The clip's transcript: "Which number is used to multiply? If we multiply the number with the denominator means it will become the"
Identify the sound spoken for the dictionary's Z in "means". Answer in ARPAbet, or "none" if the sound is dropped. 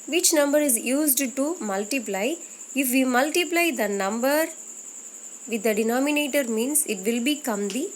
S